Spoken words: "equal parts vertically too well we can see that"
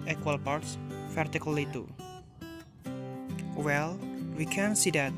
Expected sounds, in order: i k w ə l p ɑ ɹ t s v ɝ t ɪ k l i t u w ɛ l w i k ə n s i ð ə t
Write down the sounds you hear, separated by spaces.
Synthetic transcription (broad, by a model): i k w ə l p ɑ ɹ t s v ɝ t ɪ k l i t u w ɛ l w i k ə n s i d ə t